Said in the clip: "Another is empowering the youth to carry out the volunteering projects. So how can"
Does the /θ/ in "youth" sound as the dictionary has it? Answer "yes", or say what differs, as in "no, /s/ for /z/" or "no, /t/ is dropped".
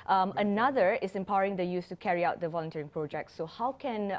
no, /s/ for /θ/